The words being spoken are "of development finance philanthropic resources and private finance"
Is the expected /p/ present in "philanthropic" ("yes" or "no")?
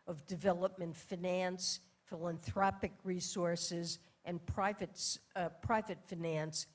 yes